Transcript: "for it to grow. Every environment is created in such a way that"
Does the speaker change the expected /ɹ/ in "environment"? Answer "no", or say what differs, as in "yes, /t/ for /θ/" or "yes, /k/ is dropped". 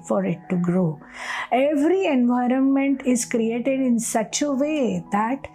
no